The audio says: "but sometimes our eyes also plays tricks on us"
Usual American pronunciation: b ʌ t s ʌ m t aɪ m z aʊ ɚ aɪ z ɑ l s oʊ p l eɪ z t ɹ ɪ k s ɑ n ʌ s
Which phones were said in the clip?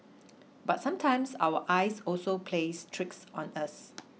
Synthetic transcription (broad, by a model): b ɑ t s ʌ m t aɪ m s aʊ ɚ aɪ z ɑ l s oʊ p l eɪ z t ɹ ɪ k s ɑ n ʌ s